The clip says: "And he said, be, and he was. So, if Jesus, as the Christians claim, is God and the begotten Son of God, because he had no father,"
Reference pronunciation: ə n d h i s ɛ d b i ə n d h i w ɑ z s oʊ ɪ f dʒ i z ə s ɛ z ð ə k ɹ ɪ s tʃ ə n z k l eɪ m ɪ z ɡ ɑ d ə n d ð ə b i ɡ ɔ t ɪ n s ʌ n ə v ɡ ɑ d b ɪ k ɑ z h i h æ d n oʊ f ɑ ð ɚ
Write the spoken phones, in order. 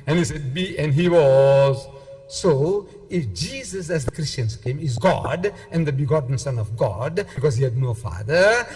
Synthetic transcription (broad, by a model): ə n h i s ɛ d b i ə n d h i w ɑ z s oʊ ɪ f dʒ i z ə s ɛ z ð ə k ɹ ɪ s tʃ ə n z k eɪ m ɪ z ɡ ɑ d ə n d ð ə b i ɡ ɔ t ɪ n s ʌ n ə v ɡ ɑ d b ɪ k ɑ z h i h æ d n oʊ f ɑ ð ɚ